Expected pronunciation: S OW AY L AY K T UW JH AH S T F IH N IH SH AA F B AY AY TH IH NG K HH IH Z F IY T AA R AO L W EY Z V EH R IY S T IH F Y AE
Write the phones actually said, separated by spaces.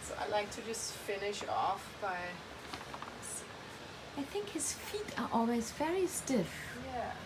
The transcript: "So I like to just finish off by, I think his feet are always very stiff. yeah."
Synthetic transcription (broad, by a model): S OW AY L AY K T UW JH AH S T F IH N IH SH AA F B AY AY TH IH NG K HH IH Z F IY T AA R AO L W EY Z V EH R IY S T IH F Y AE